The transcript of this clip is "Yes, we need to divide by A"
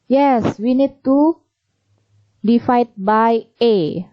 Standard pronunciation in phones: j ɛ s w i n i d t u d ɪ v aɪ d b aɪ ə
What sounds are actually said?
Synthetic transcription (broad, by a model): j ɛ s w i n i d t u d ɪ f aɪ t b aɪ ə